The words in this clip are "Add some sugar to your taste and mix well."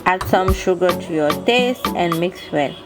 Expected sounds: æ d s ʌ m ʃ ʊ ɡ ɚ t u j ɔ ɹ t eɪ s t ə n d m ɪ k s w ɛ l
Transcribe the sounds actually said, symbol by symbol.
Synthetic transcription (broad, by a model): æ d s ʌ m ʃ ʊ ɡ ɚ t u j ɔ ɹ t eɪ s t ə n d m ɪ k s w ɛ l